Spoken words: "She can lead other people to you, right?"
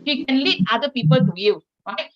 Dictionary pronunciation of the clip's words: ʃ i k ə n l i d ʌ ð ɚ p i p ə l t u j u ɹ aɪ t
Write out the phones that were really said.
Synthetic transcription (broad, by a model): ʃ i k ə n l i ʌ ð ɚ p i p ə l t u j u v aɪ